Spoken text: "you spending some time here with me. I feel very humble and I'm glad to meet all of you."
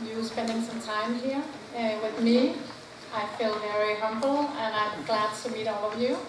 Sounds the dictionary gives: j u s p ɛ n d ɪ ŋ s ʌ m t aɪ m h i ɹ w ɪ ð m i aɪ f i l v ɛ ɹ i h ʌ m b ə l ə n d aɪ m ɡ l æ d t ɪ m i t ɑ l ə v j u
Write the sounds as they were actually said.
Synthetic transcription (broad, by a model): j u s p ɛ n d ɪ ŋ s ʌ m t aɪ m h i ɹ w ɪ ð m i aɪ f i l v ɛ ɹ i h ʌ m b l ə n aɪ m ɡ l æ d t ɪ m i t ɑ l ə v j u